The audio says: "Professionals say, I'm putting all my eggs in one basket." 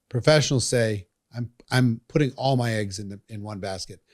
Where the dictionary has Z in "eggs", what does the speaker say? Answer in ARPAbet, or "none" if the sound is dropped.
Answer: Z